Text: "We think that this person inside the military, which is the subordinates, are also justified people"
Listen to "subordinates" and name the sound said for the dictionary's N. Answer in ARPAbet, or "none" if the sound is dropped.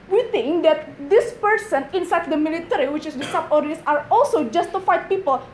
none